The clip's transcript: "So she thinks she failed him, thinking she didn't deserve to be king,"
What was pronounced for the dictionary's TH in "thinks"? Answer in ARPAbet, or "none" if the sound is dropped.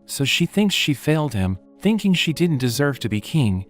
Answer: TH